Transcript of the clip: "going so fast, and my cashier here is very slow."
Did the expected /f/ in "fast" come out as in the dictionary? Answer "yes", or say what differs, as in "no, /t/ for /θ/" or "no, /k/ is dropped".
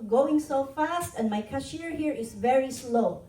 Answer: yes